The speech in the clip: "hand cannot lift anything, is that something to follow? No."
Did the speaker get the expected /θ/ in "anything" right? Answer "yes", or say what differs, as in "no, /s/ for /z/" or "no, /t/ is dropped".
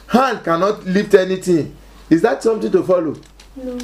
no, /t/ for /θ/